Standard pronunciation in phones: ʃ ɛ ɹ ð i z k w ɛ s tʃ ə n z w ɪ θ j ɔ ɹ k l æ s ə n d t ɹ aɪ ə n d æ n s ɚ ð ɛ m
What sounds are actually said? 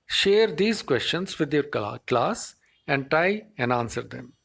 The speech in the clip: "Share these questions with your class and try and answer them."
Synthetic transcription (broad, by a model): ʃ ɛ ɹ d i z k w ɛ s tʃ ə n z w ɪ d j ɔ ɹ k l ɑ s ə n d t aɪ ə n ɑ n s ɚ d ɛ m